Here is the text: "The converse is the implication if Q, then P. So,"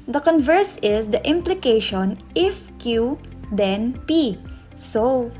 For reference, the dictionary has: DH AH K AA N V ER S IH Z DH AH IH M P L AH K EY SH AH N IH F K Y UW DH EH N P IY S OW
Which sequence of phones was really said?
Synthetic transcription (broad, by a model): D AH K AA N V ER S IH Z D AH IH M P L AH K EY SH AH N IH F K Y UW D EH N P IY S OW